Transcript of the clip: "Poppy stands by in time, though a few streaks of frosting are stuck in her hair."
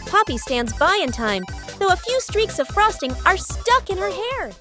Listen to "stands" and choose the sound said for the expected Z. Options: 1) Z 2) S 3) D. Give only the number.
1